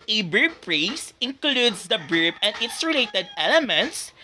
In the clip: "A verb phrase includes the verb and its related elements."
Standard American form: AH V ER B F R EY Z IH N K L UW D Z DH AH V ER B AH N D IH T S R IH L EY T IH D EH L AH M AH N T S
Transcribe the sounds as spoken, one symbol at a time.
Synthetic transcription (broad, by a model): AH B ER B P R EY S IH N K L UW D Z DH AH B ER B AH N D IH T S R IH L EY T IH D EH L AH M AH N T S